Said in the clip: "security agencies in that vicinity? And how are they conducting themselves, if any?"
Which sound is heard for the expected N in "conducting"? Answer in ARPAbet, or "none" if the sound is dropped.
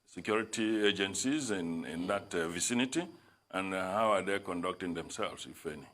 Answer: N